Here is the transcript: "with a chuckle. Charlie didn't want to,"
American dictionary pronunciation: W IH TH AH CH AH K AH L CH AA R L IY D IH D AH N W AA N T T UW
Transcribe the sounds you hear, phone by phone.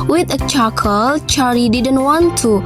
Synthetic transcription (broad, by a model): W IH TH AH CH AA K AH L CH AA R IY D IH D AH N W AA N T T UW